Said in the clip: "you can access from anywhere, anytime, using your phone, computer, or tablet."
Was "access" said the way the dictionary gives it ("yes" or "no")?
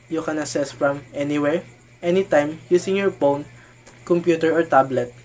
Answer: no